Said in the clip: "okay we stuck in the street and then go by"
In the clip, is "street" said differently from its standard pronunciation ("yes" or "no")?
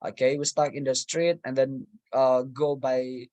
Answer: no